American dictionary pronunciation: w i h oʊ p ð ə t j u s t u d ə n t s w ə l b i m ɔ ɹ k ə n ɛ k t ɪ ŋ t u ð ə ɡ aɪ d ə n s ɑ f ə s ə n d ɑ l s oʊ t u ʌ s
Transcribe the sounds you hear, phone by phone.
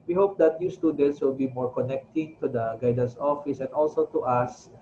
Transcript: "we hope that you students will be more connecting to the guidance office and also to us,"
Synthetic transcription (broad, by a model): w i h oʊ p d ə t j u s t u d ə n t s w ə l b i m ɔ ɹ k ə n ɛ k t ɪ ŋ t u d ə ɡ aɪ d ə s ɑ f ə s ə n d ɑ l s oʊ t u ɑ s